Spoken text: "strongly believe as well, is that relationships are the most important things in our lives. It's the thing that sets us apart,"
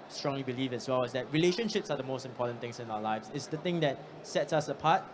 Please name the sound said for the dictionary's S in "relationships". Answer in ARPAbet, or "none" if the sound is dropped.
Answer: S